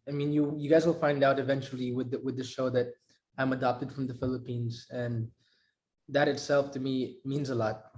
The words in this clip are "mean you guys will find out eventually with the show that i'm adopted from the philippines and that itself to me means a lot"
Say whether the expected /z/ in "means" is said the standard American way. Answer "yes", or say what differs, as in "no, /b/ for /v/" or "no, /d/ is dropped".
yes